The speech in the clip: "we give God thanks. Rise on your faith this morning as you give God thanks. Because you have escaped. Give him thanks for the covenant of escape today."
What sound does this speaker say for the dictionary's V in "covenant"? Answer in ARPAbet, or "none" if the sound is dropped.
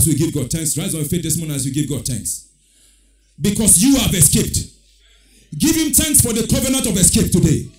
V